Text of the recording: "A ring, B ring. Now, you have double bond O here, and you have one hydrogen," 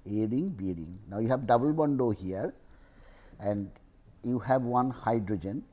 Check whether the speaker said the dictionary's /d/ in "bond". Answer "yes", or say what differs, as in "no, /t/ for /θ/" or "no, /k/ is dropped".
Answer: yes